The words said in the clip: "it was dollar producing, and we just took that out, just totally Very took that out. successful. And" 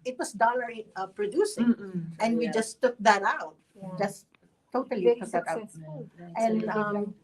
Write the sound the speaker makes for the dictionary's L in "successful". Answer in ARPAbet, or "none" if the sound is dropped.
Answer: N